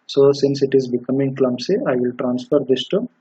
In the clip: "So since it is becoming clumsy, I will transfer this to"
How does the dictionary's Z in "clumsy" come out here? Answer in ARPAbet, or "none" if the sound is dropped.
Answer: S